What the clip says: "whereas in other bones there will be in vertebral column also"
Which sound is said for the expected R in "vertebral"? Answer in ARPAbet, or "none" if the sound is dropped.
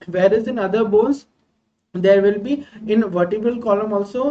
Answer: none